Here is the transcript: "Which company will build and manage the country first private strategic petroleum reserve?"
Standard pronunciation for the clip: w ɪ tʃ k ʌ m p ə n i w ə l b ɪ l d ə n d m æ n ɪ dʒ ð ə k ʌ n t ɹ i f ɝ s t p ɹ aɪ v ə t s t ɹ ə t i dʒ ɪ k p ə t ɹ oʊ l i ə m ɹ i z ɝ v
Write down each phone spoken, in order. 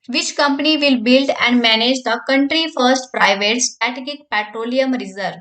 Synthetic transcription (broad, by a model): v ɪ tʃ k ʌ m p ə n i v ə l b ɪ l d ə n d m æ n ɪ dʒ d ə k ʌ n t ɹ i f ɝ s t p ɹ aɪ v ə t s t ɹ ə t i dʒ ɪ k p ə t ɹ oʊ l i ə m ɹ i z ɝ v